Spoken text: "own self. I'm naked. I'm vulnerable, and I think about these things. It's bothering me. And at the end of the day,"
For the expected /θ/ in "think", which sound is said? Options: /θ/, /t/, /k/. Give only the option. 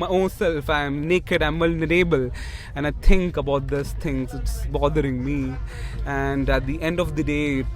/t/